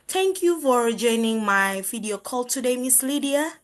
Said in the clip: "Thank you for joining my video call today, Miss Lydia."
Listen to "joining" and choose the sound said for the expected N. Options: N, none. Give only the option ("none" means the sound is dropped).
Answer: N